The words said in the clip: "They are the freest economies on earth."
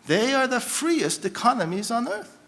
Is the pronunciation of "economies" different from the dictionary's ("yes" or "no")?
no